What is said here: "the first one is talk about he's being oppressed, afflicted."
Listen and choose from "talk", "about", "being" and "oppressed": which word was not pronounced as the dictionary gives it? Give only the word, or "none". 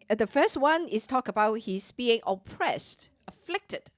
none